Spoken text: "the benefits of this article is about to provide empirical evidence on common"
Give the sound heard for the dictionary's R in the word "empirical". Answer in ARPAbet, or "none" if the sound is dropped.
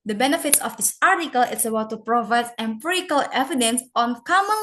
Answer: none